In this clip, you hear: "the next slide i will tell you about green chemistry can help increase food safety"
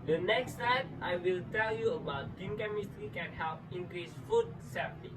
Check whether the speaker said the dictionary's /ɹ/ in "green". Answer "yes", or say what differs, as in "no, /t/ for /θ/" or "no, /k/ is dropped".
no, /ɹ/ is dropped